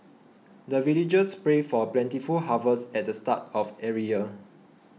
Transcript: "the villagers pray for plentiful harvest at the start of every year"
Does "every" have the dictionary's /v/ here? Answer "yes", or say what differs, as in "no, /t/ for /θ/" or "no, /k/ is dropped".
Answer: no, /v/ is dropped